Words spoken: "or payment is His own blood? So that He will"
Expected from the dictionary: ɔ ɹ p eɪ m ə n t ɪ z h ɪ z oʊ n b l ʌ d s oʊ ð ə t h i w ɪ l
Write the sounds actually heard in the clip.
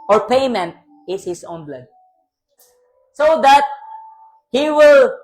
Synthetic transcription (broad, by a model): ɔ ɹ p eɪ m ə n t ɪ s h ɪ s oʊ n b l ʌ d s oʊ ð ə t h i w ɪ l